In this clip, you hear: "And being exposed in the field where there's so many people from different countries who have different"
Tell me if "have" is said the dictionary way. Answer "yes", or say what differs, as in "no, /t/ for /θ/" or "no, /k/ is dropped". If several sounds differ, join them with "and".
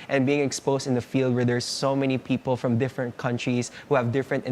yes